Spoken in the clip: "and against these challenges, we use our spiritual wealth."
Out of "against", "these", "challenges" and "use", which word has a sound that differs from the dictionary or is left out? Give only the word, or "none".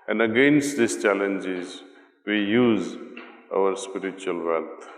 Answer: these